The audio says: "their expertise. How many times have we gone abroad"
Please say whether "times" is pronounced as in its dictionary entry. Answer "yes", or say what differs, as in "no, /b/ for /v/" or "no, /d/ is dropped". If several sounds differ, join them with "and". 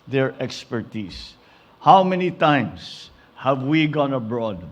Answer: no, /s/ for /z/